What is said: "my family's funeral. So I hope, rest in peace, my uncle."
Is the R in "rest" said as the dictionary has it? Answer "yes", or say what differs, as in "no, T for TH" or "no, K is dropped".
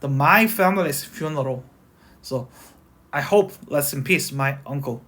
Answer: no, L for R